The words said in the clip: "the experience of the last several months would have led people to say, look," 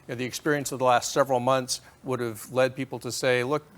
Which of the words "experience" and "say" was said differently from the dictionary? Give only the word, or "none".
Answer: none